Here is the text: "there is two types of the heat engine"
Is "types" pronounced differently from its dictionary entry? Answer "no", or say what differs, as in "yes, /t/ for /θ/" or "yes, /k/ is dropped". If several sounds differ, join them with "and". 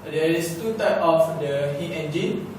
yes, /s/ is dropped